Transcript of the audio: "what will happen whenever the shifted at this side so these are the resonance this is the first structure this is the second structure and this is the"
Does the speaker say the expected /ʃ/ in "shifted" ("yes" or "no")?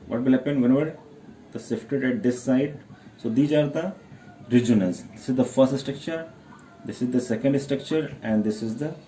no